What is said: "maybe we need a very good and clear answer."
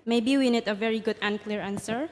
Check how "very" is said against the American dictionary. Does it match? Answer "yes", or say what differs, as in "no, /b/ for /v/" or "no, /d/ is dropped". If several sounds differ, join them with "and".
yes